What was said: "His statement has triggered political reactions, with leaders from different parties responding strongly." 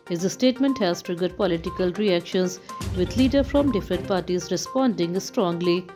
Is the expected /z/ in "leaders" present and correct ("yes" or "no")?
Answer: no